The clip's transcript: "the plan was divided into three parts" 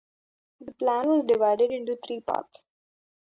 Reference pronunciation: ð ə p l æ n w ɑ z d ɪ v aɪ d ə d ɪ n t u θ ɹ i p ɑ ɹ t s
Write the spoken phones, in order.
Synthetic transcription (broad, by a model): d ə p l æ n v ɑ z d ɪ v aɪ d ə d ɪ n t u t ɹ i p ɑ ɹ t s